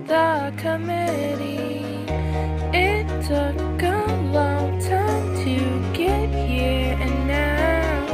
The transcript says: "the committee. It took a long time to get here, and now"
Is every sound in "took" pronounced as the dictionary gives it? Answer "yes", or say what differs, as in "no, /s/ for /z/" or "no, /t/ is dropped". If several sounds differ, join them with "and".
no, /s/ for /t/